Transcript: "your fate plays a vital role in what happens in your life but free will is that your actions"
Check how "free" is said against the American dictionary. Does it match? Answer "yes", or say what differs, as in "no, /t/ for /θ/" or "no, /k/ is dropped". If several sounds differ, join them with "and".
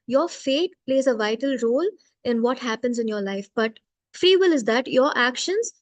yes